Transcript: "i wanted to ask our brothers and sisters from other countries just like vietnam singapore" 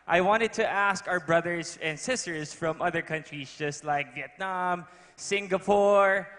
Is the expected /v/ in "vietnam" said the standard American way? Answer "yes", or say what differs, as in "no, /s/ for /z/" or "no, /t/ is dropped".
yes